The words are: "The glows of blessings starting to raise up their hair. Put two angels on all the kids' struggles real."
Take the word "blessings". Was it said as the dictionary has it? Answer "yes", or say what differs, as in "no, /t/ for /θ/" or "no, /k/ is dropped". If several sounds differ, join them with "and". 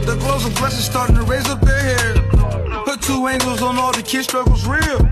no, /ŋ/ is dropped